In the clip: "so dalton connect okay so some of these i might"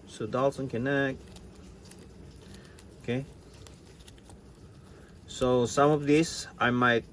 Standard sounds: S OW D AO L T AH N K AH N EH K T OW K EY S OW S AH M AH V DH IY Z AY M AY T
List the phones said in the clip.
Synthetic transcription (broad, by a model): S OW D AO L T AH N K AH N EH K OW K EY S OW S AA M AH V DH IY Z AY M AY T